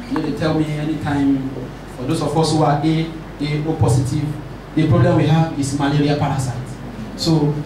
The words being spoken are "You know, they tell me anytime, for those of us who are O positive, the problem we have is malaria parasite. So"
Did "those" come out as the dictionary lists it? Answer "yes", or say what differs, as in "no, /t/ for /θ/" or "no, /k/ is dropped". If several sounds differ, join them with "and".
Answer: no, /s/ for /z/